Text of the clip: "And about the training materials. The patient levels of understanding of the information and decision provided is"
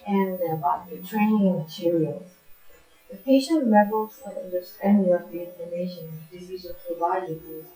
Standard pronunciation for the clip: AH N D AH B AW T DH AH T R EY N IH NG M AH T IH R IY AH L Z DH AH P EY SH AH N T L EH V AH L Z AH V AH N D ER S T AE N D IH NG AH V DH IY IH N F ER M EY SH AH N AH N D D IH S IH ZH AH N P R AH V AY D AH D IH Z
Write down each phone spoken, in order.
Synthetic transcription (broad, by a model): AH N AH B AW T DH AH T R EY N IH NG M AH T IH R IY AH L Z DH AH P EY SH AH N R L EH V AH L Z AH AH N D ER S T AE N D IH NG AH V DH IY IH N ER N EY AH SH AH N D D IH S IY Z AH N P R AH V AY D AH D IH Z